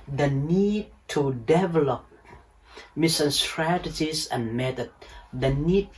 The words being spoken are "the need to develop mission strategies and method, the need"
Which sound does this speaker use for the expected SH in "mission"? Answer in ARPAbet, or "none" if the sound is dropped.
S